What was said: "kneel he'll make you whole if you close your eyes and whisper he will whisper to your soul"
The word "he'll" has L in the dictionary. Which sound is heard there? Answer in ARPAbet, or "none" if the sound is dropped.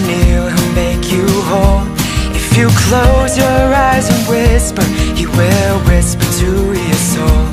N